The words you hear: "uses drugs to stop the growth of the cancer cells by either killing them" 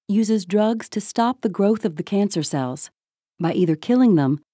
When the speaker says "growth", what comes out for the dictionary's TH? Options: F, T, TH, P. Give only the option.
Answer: TH